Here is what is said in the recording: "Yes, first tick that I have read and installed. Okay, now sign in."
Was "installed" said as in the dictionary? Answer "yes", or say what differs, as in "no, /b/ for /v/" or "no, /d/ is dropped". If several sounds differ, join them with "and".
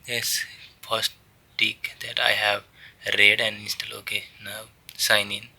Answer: no, /d/ is dropped